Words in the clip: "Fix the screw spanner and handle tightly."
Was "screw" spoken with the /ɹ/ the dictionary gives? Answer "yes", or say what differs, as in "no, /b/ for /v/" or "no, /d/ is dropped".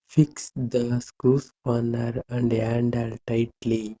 no, /ɹ/ is dropped